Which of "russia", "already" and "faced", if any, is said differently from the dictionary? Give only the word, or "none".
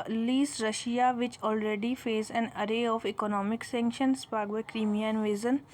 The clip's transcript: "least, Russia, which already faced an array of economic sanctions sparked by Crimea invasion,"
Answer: faced